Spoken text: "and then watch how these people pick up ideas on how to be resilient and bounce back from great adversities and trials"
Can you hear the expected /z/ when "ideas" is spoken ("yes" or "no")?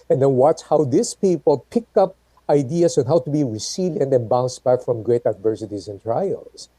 no